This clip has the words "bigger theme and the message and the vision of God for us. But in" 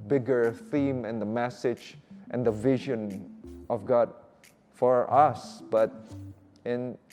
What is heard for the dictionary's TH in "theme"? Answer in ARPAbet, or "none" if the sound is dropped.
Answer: TH